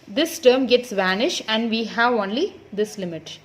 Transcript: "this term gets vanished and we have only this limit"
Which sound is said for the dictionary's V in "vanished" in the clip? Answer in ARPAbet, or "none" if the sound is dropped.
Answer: V